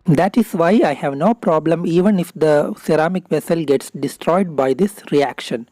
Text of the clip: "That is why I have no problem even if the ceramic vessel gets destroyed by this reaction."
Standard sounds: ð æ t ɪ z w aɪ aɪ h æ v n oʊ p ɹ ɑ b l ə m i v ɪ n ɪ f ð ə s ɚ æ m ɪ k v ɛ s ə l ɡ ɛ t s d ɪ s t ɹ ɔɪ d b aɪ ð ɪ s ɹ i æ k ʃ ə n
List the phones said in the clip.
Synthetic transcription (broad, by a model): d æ t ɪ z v aɪ aɪ h æ v n oʊ p ɹ ɑ b l ə m i v ɪ n ɪ f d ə s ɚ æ m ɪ k v ɛ s ə l ɡ ɛ t s d ɪ s t ɹ ɔɪ d b aɪ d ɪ s ɹ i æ k ʃ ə n